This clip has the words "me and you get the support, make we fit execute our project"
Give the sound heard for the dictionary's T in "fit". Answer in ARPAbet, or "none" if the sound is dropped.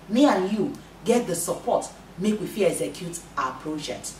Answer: none